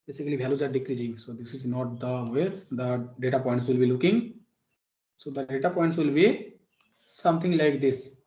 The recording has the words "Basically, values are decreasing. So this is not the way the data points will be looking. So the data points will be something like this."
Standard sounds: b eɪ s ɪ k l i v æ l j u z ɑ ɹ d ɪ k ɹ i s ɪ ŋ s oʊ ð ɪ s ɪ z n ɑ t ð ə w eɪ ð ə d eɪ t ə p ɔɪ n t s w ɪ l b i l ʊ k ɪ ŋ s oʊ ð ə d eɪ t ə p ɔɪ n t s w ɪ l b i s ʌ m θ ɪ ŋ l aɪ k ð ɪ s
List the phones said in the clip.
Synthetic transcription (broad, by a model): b eɪ s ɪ k l i b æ l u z ɑ ɹ d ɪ k ɹ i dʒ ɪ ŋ s oʊ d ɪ s ɪ z n ɑ t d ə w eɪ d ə d eɪ t ə p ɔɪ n t s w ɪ l b i l ʊ k ɪ ŋ s oʊ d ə d eɪ t ə p ɔɪ n t s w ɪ l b i s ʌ m t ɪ ŋ l aɪ k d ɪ s